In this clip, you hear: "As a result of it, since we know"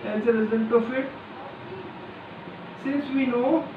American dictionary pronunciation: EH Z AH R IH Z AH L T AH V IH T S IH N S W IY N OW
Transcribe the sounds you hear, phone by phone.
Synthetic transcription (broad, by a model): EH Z AH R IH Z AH N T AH F IH T S IH N S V IY N OW